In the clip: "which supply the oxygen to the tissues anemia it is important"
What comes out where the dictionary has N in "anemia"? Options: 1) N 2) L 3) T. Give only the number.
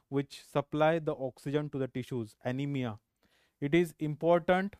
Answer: 1